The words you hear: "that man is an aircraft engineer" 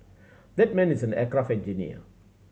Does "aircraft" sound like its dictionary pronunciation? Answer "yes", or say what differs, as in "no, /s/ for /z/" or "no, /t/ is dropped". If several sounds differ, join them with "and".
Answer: no, /t/ is dropped